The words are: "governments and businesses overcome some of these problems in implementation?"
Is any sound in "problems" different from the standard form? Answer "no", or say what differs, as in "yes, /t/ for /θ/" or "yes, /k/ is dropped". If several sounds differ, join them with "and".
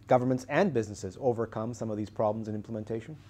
no